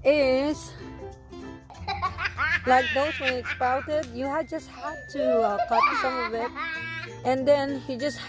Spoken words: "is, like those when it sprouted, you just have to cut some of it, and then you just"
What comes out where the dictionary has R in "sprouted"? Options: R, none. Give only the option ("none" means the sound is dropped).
none